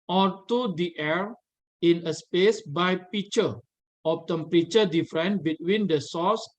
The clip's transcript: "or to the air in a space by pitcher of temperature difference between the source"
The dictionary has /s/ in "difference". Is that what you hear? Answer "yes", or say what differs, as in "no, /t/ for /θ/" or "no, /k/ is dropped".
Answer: no, /s/ is dropped